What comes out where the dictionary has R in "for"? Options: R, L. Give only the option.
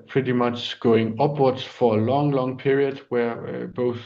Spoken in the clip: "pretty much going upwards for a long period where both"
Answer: L